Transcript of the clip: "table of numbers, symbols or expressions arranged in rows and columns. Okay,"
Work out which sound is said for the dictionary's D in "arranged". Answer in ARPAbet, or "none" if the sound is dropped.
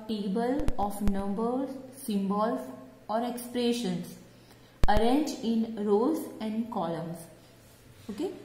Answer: none